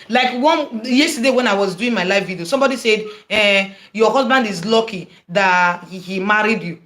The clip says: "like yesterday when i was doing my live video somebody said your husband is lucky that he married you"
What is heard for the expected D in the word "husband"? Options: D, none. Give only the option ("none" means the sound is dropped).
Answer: D